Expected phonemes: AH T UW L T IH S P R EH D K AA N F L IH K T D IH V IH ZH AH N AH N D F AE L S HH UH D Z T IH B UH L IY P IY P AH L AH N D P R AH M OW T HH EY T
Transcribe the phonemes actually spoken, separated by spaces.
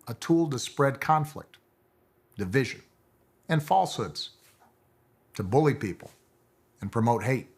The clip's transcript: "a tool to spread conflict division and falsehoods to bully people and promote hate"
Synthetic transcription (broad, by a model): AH T UW L T IH S P R EH D K AA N F L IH K T D IH V IH ZH AH N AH N F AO L S HH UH D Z T IH B UH L IY P IY P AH L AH N P R AH M OW T HH EY T